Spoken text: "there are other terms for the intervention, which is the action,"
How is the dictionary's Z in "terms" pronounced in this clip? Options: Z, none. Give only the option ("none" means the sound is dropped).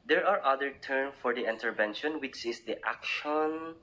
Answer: none